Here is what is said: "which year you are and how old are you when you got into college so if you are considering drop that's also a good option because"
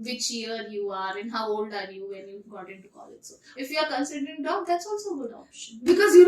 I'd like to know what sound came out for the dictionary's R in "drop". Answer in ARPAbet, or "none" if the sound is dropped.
none